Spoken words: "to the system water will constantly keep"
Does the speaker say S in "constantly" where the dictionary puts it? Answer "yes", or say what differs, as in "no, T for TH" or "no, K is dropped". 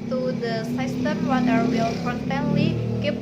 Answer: no, S is dropped